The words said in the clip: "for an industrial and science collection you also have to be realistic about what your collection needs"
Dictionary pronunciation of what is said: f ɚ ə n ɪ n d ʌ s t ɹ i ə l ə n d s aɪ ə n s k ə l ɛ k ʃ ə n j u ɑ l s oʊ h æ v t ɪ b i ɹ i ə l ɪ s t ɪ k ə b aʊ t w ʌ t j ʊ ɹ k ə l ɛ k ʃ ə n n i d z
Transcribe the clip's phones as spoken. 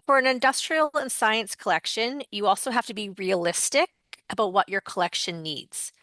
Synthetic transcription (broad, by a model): f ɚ ə n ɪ n d ʌ s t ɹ i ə l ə n s aɪ ə n s k ə l ɛ k ʃ ə n j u ɑ l s oʊ h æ f t ɪ b i ɹ i ə l ɪ s t ɪ k ə b aʊ t w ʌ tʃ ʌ ɹ k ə l ɛ k ʃ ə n n i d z